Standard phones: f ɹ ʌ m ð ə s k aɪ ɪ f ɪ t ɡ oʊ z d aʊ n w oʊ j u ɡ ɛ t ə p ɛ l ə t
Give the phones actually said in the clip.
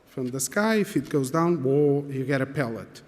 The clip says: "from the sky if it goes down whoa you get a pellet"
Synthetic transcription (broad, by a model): f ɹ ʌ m ð ə s k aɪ ɪ f ɪ t ɡ oʊ z d aʊ n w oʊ j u ɡ ɛ t ə p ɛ l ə t